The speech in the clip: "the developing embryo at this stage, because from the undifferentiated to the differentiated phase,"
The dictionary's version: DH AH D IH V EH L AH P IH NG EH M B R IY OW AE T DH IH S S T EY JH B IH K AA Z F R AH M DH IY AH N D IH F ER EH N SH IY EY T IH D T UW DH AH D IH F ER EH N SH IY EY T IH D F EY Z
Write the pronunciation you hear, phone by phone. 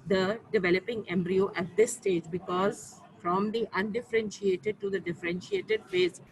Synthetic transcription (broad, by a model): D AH D IH V EH L AH P IH NG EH M B R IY OW AE T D IH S S T EY JH B IH K AA Z F R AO M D IY AH N D IH F ER EH N SH IY EY T IH D T UW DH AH D IH F ER EH N SH IY EY T IH D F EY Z